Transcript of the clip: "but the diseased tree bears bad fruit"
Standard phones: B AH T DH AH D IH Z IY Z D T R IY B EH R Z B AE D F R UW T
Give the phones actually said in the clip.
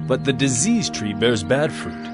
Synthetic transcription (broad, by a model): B AH T DH AH D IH Z IY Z T R IY B EH R Z B AE D F R UW T